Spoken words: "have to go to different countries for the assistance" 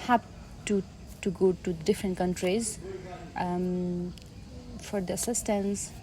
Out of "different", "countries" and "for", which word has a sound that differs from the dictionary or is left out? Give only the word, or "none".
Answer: none